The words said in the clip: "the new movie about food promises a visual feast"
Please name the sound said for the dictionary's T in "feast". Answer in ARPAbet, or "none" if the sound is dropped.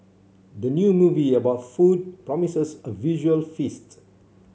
T